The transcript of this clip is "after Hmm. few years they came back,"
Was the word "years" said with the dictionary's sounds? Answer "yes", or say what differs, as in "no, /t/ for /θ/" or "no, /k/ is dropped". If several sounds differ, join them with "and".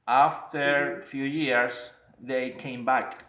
no, /s/ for /z/